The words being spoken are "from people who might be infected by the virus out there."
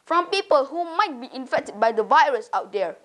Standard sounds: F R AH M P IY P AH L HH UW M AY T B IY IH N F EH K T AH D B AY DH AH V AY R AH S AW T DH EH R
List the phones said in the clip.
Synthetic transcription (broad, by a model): F R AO M P IY P AH L HH UW M AY T B IY IH N F EH K T AH D B AY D AH V AY R AH S AW T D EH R